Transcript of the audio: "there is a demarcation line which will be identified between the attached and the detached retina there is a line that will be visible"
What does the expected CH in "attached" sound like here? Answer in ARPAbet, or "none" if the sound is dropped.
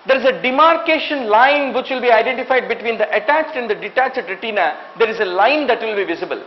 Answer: CH